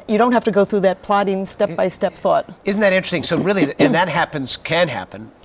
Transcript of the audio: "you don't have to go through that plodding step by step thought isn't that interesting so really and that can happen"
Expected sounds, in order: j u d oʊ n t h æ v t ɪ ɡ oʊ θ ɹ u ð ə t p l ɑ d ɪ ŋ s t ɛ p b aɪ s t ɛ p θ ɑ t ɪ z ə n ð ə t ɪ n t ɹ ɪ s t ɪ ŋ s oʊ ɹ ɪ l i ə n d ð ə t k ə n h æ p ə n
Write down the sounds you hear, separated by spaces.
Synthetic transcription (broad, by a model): j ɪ d oʊ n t h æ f t ɪ ɡ oʊ θ ɹ u ð ə t p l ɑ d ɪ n s t ɛ p b aɪ s t ɛ p θ ɑ t ɪ z n ð ə t ɪ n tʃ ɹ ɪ s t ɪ ŋ s oʊ ɹ ɪ l i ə n ð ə t k ə n h æ p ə n